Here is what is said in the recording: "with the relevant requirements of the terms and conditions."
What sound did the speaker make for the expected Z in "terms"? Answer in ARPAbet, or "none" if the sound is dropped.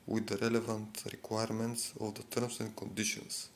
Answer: S